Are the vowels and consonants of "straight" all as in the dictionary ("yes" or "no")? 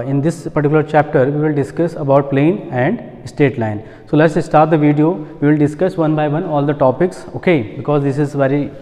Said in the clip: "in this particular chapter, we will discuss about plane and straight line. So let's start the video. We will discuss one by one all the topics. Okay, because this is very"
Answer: no